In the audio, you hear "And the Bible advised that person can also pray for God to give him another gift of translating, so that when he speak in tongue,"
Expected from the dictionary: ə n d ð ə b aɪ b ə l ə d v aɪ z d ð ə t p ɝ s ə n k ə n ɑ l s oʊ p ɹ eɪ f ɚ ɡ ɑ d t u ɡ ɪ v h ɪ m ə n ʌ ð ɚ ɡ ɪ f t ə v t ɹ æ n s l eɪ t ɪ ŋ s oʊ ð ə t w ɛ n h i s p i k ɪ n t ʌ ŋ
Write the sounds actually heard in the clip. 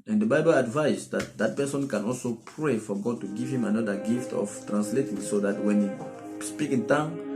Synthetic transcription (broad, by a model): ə n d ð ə b aɪ b ə l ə d v aɪ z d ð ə t p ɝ s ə n k ə n ɑ l s oʊ p ɹ eɪ f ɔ ɡ ɑ d t u ɡ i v h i m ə n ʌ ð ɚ ɡ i f t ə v t ɹ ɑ n s l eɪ t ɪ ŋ s oʊ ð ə t w ɛ n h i s p i k ɪ n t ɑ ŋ